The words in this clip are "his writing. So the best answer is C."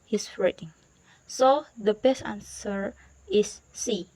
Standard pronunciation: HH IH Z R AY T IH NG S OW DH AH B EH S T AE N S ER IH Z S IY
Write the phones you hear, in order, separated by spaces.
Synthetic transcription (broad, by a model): HH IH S R AY T IH NG S OW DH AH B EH S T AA N S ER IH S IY